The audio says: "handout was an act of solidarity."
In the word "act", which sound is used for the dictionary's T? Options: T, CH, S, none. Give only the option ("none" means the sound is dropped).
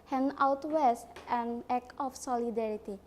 none